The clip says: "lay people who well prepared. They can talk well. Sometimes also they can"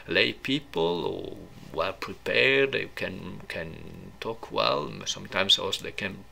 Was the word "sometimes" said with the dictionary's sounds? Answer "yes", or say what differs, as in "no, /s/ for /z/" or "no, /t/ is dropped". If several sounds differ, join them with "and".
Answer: no, /s/ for /z/